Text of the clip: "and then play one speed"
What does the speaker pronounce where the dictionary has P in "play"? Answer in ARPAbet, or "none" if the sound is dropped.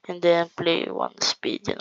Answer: P